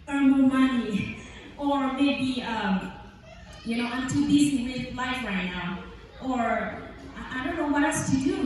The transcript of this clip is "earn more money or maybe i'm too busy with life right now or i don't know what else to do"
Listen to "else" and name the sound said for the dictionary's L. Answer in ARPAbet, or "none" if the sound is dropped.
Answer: none